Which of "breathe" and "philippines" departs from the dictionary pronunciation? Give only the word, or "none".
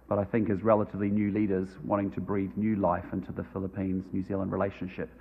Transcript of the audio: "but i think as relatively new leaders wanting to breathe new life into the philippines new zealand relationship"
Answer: none